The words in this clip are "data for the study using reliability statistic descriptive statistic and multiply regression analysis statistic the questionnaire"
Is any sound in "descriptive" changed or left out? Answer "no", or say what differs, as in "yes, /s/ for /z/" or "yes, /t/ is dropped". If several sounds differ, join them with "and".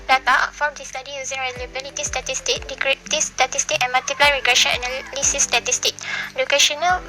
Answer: yes, /s/ is dropped